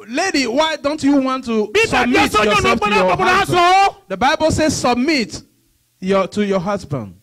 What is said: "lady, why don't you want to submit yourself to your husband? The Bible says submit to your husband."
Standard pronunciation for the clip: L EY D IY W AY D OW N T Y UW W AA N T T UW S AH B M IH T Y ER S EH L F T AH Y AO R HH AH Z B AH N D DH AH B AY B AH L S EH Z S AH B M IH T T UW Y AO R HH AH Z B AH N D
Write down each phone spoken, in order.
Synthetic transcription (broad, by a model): L EY D IY W AY D OW N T Y UW W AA N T T UW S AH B M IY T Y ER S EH F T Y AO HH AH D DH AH B AY B AH L S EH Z S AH B M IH T T UW Y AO HH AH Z B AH N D